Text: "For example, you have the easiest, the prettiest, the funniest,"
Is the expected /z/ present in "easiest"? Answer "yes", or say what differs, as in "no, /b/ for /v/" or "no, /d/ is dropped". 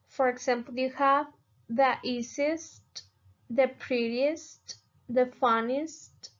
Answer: no, /s/ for /z/